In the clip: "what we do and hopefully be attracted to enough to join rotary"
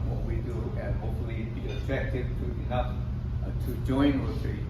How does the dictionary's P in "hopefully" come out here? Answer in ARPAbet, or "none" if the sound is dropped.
none